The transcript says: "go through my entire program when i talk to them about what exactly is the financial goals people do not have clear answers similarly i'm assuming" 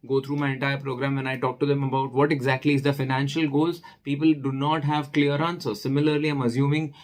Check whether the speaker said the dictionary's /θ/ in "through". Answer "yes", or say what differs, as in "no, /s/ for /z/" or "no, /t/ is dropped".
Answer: no, /t/ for /θ/